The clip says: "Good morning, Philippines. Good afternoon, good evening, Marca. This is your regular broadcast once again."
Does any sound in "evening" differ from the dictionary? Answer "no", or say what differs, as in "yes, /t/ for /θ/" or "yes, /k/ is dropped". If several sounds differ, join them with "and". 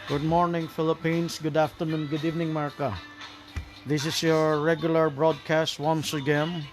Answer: no